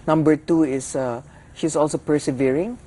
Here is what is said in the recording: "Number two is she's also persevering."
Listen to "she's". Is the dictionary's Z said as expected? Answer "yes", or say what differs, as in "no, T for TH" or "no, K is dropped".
no, S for Z